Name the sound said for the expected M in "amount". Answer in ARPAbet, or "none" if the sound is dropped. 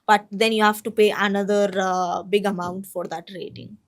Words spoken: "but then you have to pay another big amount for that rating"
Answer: M